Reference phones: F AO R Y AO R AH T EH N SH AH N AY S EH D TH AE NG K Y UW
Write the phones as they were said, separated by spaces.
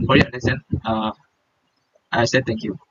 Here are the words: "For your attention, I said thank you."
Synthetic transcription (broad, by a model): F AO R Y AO L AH S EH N AH AY S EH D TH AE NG K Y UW